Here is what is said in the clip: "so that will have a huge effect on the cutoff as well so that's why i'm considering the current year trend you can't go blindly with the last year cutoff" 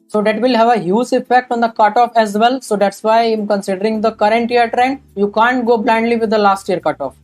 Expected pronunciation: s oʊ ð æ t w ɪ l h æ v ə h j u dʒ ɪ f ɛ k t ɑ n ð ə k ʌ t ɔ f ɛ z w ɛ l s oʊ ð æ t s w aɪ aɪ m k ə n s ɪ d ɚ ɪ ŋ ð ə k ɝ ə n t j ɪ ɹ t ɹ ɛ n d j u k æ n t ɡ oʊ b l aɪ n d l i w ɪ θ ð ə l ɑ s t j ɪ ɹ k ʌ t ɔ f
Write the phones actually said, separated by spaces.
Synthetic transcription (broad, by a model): s oʊ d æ t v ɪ l h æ v ə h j u z ɪ f ɛ k t ɑ n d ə k ʌ t ɔ f ɛ z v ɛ l s oʊ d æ t s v aɪ aɪ m k ə n s ɪ d ɚ ɪ ŋ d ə k ɝ ə n t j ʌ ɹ t ɹ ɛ n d j u k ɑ n t ɡ oʊ b l aɪ n d l i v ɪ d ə l ɑ s t j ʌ ɹ k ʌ t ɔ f